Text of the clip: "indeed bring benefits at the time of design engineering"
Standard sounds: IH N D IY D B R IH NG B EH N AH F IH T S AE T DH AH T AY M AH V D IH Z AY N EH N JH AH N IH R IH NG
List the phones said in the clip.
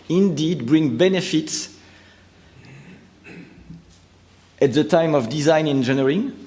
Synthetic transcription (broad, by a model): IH N D IY D B R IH NG B EH N AH F IH T S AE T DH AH T AY M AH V D IH Z AY N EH N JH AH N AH R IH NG